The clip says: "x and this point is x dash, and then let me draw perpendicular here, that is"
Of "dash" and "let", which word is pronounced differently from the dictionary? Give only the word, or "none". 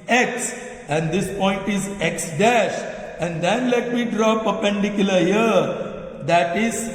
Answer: none